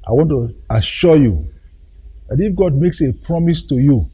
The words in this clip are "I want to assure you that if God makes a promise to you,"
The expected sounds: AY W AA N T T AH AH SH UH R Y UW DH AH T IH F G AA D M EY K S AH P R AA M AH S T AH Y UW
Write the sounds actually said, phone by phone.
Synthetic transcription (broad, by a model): AY W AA N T T AH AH SH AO Y UW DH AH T IH F G AA D M EY K S AH P R AA M AH S T AH Y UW